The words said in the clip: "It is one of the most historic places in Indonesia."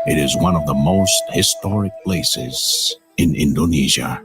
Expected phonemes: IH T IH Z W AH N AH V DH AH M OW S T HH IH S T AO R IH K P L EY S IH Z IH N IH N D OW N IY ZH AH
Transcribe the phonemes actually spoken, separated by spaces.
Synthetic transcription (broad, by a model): IH T IH Z W AH N AH V DH AH M OW S T HH IH S T AO R IH K P L EY S IH Z IH N IH N D OW N IY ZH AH